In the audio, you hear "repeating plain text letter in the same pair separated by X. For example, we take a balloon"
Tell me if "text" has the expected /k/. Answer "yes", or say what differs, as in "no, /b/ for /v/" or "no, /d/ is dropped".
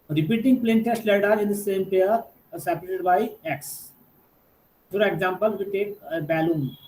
no, /k/ is dropped